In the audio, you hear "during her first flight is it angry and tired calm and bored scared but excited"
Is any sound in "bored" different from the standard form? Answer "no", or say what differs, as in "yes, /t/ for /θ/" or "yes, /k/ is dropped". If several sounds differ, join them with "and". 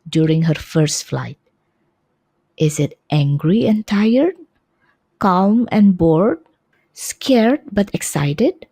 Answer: no